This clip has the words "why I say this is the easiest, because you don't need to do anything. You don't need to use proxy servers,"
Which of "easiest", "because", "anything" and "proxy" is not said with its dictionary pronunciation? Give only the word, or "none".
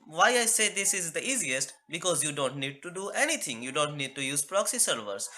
anything